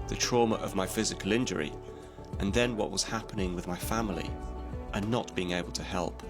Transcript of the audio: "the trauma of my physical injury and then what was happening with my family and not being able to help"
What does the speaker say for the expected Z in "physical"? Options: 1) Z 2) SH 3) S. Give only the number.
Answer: 1